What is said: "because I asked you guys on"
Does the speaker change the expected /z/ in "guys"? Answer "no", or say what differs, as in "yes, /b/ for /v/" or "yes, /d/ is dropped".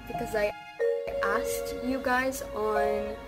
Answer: no